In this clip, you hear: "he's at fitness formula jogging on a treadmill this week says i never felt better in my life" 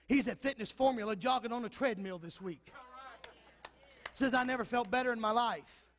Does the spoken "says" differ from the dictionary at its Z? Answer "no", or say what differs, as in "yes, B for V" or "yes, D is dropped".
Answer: no